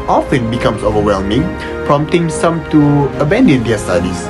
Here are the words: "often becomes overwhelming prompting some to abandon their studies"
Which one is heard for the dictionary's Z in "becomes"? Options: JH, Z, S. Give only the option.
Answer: S